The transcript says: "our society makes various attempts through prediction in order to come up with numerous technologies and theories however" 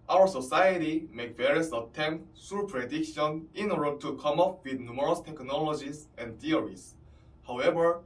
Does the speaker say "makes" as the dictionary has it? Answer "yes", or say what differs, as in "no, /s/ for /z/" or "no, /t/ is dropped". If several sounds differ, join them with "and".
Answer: no, /s/ is dropped